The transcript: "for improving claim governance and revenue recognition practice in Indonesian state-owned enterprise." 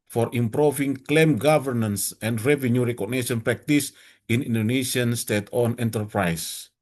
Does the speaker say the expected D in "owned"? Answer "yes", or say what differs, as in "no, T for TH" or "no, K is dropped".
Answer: no, D is dropped